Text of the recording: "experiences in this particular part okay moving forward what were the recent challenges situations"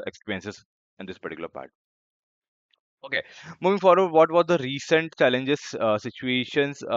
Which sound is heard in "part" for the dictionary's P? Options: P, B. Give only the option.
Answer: P